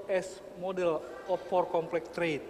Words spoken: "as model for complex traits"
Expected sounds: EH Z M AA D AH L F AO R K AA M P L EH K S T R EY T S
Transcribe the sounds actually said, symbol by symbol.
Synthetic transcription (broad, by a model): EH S M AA D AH L F AO R K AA M P L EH K T R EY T